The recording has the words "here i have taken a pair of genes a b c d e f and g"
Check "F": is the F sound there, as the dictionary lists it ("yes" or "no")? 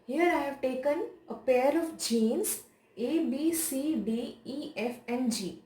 yes